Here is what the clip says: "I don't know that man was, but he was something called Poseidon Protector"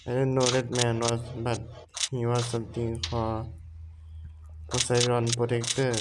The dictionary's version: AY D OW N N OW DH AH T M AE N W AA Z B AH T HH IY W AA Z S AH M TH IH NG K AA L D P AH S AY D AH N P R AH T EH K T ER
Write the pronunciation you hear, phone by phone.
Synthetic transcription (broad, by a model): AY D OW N N OW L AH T M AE N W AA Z B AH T HH IY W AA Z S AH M T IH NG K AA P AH S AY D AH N P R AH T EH K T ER